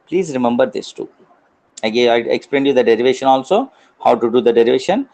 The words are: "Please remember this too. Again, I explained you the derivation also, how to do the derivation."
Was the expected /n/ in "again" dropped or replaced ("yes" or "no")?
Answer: yes